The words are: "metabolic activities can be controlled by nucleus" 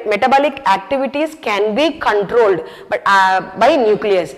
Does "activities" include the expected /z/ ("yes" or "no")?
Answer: no